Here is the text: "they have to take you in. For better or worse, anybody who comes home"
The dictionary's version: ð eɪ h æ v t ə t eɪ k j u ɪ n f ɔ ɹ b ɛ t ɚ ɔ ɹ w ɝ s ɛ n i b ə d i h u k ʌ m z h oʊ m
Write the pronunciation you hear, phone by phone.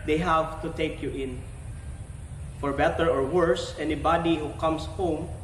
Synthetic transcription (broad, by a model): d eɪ h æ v t ə t eɪ k j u ɪ n f ɔ ɹ b ɛ t ɚ ɔ ɹ w ɝ s ɛ n i b ə d i h u k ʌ m s h oʊ m